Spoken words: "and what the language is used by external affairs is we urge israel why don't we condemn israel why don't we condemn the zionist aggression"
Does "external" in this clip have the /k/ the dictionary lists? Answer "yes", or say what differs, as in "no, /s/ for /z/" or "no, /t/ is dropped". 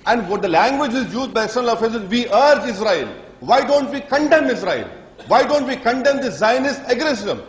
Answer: no, /k/ is dropped